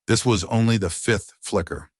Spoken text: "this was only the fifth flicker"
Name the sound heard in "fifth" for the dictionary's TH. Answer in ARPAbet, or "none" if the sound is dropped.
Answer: TH